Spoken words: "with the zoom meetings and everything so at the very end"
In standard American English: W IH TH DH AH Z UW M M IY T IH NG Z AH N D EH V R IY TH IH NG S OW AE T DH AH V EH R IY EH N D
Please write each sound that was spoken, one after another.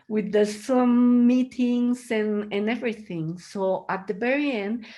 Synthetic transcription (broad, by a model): W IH DH AH S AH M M IY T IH NG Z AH N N EH V R IY TH IH NG S OW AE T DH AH B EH R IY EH N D